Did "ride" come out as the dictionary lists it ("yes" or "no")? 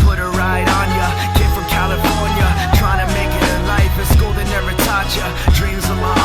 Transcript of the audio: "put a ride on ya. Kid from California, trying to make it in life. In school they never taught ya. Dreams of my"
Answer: yes